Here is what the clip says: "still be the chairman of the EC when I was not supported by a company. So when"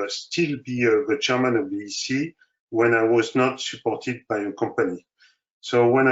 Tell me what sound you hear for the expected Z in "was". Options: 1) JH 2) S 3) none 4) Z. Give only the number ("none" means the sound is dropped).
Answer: 4